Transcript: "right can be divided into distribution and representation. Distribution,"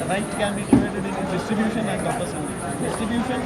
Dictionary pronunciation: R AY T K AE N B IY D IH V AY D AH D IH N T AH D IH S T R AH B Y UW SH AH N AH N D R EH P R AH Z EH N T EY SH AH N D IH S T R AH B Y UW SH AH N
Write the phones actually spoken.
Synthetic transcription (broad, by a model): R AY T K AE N B IY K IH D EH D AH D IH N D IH S T R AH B Y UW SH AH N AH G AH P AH S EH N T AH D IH S T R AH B Y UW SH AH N